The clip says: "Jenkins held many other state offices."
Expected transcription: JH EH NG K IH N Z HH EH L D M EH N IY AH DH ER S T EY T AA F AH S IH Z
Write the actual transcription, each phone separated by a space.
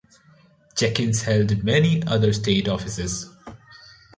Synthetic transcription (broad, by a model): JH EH K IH N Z HH EH L D M EH N IY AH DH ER S T EY T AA F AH S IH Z